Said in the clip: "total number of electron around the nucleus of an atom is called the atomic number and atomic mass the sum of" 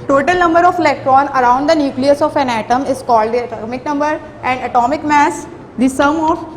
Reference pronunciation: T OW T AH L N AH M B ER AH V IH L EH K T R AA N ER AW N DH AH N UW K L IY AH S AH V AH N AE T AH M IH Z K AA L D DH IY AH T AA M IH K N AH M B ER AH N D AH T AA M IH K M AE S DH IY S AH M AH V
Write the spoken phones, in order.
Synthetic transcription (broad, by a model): T OW T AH L N AH M B ER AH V IH L EH K T R AA N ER AW N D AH N UW K L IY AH S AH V AH N AE T AH M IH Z K AA L D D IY AH T AA M IH K N AH M B ER AH N D AH T AA M IH K M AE S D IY S AH M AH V